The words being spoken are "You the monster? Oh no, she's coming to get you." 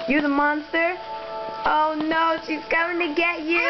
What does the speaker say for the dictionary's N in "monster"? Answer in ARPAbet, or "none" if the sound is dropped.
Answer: N